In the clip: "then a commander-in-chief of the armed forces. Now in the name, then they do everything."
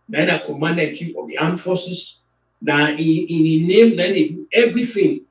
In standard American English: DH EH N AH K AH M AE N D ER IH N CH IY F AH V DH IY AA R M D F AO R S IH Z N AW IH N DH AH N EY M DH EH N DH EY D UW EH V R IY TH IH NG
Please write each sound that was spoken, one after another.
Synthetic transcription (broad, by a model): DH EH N AH K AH M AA N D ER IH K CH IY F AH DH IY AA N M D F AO S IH S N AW IH N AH N EY M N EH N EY D UW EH V R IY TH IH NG